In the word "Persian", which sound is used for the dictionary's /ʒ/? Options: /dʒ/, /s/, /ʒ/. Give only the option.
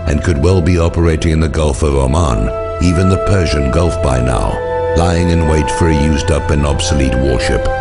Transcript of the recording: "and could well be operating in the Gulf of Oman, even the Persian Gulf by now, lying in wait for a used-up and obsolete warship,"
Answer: /ʒ/